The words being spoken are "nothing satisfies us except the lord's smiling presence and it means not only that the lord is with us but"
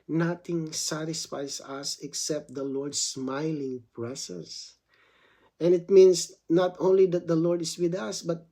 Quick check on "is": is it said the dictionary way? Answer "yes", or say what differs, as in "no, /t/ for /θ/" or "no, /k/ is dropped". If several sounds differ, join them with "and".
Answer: no, /s/ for /z/